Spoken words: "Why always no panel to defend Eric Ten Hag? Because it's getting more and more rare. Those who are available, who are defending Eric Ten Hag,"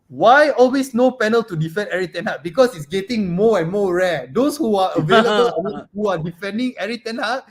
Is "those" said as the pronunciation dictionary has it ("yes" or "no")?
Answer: no